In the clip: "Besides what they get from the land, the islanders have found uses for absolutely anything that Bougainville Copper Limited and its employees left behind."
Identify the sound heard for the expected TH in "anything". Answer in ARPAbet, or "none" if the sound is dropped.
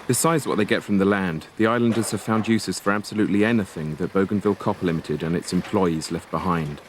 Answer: TH